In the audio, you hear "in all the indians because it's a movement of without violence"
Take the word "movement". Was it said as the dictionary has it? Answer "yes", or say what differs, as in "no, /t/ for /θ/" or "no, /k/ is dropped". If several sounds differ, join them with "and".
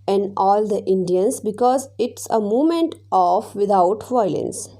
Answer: no, /v/ is dropped